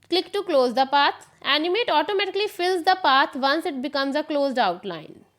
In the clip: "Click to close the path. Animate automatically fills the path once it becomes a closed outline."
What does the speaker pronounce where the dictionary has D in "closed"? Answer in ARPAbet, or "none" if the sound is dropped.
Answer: D